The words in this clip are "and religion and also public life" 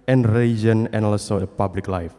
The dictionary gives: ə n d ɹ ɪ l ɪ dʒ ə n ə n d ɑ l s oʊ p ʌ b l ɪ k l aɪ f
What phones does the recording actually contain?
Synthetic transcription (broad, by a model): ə n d ɹ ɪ l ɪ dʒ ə n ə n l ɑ s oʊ p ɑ b l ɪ k l aɪ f